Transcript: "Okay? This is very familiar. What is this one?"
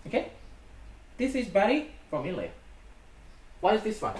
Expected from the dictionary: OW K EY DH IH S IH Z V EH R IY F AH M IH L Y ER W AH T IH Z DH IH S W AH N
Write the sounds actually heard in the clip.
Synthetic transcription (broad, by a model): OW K EY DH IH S IH Z B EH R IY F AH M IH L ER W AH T IH Z DH IH S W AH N